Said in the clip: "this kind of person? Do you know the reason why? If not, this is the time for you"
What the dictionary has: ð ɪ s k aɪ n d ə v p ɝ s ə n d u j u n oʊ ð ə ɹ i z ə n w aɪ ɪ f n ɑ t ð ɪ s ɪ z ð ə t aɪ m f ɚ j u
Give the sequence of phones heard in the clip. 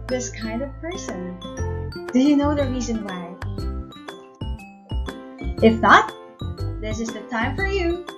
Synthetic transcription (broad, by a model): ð ɪ s k aɪ n d ə v p ɝ s ə n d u j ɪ n oʊ ð ə ɹ i z ə n w aɪ ɪ f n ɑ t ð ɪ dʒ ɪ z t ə t aɪ m f ɚ j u